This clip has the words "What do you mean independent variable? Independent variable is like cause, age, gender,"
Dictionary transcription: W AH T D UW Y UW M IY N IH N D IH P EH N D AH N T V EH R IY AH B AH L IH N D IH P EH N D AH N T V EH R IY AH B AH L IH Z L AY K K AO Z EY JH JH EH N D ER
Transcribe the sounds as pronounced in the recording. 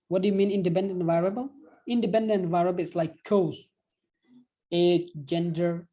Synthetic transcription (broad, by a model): W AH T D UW Y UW M IY N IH N D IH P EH N D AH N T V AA R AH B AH L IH N D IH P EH N D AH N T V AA R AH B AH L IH S L AY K K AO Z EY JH JH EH N D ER